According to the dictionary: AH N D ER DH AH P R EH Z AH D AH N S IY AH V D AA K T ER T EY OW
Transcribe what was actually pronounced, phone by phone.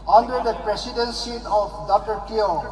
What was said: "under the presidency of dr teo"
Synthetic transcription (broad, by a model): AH N D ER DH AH P R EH S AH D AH N S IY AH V D AA K T ER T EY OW